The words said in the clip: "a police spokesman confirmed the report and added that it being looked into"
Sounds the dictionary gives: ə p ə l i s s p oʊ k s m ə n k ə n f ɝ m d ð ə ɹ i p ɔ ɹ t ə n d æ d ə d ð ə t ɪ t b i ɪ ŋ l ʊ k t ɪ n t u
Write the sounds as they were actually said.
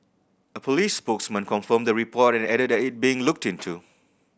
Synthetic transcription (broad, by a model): ə p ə l i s s p oʊ k s m ə n k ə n f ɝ m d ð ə ɹ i p ɔ t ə n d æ d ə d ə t ɪ t b i ɪ ŋ l ʊ k t ɪ n t u